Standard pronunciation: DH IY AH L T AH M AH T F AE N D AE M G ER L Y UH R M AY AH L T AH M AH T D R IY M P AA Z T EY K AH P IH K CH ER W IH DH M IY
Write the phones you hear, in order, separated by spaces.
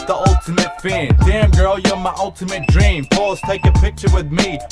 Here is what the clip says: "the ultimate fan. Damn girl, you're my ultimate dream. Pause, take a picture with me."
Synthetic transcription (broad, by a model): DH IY AH L T AH M AH T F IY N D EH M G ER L Y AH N M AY AH L T AH M AH T D R IY M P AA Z T EY K AH P IH K CH ER W IH DH M IY